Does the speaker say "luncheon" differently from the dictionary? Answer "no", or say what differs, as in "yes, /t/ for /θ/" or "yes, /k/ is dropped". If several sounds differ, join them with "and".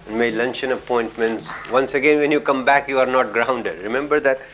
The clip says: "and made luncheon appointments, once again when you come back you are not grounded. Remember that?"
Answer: no